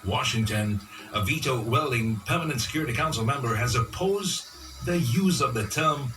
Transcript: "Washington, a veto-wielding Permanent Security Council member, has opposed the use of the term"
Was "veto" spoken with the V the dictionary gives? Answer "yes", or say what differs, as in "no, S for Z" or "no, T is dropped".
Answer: yes